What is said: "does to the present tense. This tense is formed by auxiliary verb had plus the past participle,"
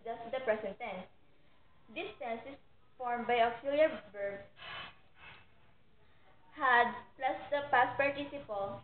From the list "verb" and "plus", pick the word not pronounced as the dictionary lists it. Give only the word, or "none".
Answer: verb